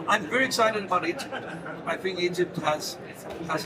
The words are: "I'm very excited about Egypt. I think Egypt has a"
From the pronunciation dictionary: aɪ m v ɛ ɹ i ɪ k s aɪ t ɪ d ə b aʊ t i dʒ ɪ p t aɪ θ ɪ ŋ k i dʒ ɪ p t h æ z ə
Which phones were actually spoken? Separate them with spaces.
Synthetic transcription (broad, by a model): aɪ m v ɛ ɹ i ɪ k s aɪ t ɪ d ə b aʊ t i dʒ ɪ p t aɪ f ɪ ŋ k i dʒ ɪ p t h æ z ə